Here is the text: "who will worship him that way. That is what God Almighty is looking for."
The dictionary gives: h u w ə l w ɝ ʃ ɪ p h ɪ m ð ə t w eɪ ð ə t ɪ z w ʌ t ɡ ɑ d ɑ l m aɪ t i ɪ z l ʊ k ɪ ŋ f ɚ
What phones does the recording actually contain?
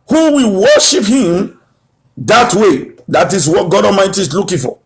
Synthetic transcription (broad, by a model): h u w ə l w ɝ ʃ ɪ p h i m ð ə t w eɪ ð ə t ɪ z w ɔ t ɡ ɑ d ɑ m aɪ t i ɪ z l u k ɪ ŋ f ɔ